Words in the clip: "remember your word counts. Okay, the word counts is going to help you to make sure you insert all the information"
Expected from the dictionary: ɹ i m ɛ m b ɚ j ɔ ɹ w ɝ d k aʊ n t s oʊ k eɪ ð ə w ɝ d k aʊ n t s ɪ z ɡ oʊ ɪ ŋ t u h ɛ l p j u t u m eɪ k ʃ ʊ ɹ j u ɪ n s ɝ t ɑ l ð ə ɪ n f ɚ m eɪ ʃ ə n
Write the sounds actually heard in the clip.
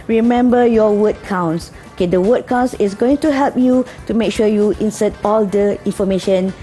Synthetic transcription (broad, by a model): ɹ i m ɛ m b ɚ j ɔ w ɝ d k aʊ n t s oʊ k eɪ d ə w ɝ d k aʊ n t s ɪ s ɡ oʊ ɪ ŋ t u h ɛ l p j u t u m eɪ k ʃ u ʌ j u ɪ n s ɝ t ɑ l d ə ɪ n f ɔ m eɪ ʃ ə n